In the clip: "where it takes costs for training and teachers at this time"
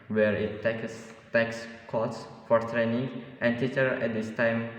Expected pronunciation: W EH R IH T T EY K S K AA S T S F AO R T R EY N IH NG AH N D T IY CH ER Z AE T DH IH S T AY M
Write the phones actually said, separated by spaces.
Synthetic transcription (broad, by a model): W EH R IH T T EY K S K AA T S F AO R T R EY N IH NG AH N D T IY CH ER EH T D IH S T AY M